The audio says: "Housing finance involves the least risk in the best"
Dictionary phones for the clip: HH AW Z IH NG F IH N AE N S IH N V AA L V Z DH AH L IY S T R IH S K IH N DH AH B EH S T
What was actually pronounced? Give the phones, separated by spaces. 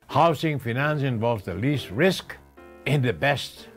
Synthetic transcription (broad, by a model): HH AW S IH NG F IH N AE N S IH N V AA L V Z DH AH L IY S T R IH S K IH N DH AH B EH S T